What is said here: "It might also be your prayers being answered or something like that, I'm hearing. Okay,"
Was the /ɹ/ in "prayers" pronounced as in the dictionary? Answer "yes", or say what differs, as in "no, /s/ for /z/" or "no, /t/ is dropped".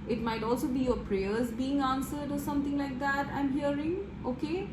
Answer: yes